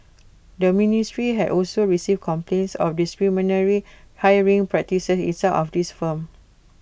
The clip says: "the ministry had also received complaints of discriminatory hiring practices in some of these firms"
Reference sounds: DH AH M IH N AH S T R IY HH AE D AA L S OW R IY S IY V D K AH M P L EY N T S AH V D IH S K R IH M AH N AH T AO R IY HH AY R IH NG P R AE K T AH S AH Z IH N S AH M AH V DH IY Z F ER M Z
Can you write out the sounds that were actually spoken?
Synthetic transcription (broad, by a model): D AH M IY N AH S T R IY HH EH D AA L S OW R IY S IY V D K AH M P L EY N T S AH F D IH S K R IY M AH N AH R IY HH AY R IH NG P R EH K T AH S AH S IH N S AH AH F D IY S F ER M